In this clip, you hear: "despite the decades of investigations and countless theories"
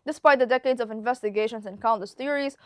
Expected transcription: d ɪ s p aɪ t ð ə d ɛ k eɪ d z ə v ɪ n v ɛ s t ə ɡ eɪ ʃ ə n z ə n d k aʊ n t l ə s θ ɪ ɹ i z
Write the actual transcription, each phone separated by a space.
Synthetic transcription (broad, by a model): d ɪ s p aɪ t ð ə d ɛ k eɪ d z ə v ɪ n v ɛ s t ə ɡ eɪ ʃ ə n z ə n k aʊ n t ə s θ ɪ ɹ i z